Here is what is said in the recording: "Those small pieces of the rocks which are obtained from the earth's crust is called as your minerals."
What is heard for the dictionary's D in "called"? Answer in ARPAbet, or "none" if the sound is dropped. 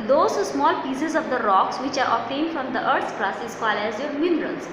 none